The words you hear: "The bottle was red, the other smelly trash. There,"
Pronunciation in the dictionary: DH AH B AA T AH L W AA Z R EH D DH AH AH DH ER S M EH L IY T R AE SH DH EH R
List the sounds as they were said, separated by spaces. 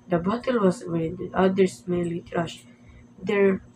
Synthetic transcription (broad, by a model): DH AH B AA T AH L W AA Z W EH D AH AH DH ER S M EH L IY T R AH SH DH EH R